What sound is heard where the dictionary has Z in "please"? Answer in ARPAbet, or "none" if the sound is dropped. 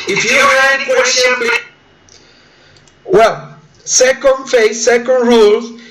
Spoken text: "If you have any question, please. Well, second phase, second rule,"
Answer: none